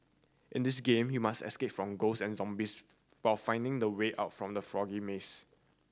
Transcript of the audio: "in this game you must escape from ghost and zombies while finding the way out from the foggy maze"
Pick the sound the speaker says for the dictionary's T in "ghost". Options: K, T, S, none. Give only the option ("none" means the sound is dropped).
none